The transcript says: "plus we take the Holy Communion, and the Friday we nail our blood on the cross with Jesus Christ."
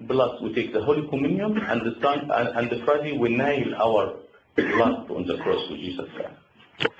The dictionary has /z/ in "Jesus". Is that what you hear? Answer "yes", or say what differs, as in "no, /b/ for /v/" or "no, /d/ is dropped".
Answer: no, /s/ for /z/